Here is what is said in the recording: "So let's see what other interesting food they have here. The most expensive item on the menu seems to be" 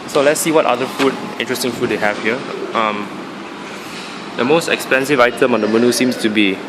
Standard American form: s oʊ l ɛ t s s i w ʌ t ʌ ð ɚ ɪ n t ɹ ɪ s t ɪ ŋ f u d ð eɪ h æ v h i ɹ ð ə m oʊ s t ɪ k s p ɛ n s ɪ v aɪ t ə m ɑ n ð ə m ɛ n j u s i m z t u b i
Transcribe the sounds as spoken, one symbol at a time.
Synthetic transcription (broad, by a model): s oʊ l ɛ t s s i w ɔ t ʌ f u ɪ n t ɹ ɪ s t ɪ ŋ f u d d eɪ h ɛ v h i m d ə m oʊ s t ɪ k s p ɛ n s ɪ v aɪ t ə m ɑ n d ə m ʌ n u s i m s t u b i